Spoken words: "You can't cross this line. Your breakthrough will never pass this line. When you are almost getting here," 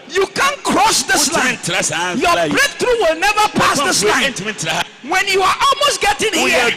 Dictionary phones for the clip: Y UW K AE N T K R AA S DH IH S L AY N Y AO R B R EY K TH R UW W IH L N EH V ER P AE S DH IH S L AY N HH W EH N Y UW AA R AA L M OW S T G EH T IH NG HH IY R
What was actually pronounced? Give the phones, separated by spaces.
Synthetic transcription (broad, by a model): Y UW K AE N K R AA S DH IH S L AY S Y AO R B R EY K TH R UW W IH L N EH V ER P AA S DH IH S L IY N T W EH N Y UW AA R AA L M OW S T G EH T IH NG